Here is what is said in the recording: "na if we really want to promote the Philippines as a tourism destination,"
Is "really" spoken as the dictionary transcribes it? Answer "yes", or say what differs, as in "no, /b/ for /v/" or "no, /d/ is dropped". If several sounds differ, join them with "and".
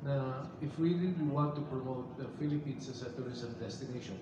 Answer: no, /l/ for /ɹ/ and /w/ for /l/